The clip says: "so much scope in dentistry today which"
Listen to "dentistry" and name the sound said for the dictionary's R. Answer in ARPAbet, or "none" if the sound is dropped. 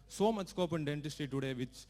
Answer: none